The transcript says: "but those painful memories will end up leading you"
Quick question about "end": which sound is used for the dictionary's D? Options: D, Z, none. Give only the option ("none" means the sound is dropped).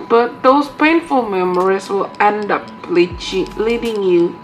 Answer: D